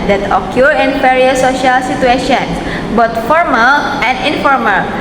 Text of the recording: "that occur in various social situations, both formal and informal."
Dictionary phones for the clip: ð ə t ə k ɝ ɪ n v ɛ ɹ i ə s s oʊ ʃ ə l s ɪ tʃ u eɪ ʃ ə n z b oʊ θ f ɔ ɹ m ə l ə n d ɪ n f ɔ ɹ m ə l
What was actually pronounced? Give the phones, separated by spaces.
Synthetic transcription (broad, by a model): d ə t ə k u ɪ n f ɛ ɹ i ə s s oʊ ʃ ə l s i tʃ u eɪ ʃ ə n s b oʊ t f ɔ ɹ m ə l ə n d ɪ n f ɔ ɹ m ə l